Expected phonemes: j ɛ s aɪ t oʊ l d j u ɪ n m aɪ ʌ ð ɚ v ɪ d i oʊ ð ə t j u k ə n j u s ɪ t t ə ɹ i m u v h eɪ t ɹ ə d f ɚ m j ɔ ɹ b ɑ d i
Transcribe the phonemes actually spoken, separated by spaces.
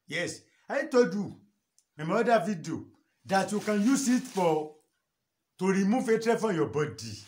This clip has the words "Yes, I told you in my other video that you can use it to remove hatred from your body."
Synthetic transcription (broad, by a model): j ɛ s aɪ t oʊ d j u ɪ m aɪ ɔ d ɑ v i d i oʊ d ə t j u k ə n j u s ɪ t t ə ɹ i m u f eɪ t ɹ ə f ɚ j ɔ b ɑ d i